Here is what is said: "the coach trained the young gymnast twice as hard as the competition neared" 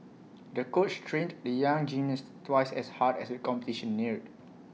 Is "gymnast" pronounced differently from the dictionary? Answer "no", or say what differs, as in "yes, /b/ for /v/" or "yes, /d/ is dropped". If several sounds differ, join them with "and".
yes, /m/ is dropped